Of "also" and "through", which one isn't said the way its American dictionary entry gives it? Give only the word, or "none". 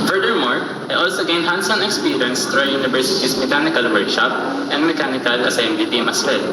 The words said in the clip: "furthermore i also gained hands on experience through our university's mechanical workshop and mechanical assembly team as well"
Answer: through